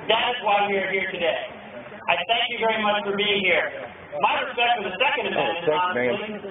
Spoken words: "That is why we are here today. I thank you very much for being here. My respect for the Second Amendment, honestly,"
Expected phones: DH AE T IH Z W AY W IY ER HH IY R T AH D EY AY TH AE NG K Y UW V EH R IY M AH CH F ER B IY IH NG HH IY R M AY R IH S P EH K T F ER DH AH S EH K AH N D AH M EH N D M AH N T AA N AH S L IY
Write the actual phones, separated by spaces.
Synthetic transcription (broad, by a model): DH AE T IH Z W AY W IY ER HH IY R T AH D EY AY TH AE NG K Y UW V EH R IY M AH CH F ER B IY IH NG HH IY R M AY R IH S P EH K T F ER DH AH S EH K AH N D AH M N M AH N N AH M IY